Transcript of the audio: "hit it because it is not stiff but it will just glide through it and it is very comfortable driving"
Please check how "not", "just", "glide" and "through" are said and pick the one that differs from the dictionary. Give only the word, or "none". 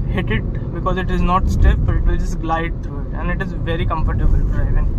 through